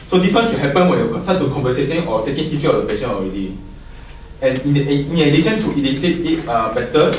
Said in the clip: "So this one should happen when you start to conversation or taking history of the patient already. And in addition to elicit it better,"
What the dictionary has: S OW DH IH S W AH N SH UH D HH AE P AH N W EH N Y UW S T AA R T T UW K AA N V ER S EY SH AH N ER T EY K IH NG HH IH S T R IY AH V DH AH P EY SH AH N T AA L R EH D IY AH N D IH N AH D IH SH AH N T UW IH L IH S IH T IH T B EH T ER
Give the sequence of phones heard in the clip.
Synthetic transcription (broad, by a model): S OW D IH S W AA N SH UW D HH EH P AH N W EH N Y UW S T AA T T UW K AA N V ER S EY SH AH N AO T EY K IH NG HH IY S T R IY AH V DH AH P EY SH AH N AA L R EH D IY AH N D IH N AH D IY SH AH N T UW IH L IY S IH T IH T B EH T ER